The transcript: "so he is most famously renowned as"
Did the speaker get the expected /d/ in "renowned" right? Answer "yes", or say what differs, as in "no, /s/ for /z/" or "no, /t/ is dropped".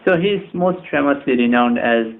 yes